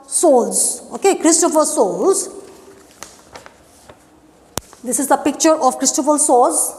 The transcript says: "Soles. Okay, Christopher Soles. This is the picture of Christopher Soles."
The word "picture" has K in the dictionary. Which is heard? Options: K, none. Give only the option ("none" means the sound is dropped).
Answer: K